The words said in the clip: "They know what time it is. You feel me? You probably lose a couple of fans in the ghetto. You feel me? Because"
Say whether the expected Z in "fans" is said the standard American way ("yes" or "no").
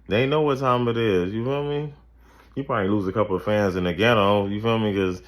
yes